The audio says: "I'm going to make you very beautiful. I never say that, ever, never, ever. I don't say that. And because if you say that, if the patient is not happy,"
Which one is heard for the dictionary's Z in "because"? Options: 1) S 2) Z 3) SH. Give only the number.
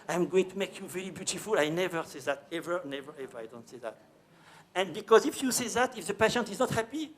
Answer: 2